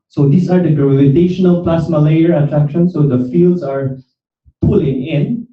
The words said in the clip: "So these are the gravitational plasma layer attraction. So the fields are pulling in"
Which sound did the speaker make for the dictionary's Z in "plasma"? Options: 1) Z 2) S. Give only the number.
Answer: 2